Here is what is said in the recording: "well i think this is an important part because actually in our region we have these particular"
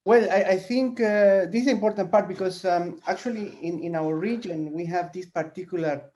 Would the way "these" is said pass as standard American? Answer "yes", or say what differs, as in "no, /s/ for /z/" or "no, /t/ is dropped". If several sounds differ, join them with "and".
no, /s/ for /z/